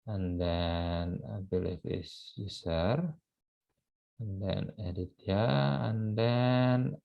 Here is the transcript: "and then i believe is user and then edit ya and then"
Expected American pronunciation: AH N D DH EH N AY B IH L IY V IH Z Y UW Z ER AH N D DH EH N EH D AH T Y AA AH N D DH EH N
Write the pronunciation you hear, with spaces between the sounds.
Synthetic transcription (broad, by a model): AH N D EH N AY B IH L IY F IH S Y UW S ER AH N D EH N EH D AH T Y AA AH N D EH N